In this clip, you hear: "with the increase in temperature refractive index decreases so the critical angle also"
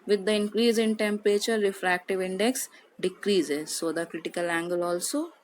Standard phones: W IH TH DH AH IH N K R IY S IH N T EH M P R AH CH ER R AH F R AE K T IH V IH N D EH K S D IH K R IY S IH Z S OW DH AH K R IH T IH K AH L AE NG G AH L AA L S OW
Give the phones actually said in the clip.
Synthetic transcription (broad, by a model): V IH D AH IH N K R IY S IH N T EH M P R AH CH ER R AH F R AE K T IH V IH N D EH K S D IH K R IY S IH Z S OW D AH K R IH T IH K AH L AE NG G AH L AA L S OW